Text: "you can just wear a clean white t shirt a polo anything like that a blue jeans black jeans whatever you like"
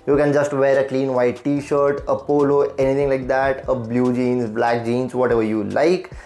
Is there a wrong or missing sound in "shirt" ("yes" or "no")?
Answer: no